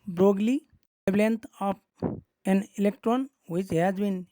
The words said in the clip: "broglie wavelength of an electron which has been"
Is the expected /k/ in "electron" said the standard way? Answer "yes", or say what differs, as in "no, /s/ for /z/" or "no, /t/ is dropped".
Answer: yes